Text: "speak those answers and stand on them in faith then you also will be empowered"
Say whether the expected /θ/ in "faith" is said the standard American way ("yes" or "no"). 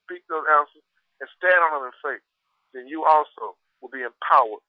no